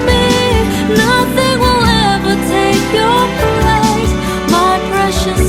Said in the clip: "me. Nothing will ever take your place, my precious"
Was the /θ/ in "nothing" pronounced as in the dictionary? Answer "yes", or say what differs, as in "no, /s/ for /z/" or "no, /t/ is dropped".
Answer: yes